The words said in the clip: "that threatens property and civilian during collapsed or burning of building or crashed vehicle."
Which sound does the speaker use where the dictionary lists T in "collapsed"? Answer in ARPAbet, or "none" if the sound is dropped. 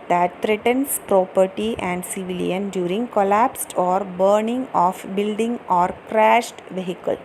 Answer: T